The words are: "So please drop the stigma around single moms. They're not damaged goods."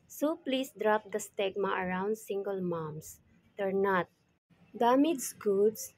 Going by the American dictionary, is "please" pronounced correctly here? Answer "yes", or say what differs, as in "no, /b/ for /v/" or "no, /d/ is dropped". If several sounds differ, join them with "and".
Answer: no, /s/ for /z/